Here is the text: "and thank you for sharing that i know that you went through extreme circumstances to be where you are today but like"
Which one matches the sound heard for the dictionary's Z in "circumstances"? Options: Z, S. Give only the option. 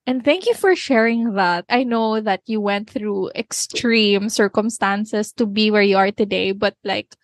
S